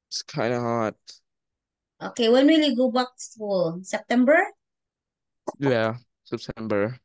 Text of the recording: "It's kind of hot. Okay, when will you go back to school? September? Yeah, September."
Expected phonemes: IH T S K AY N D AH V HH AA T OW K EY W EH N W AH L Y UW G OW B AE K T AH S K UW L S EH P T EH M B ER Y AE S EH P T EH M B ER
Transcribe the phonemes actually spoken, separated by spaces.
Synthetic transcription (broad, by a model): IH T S K AY N D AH HH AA T OW K EY W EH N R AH L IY G OW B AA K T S UW S EH P T EH M B ER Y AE S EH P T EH M B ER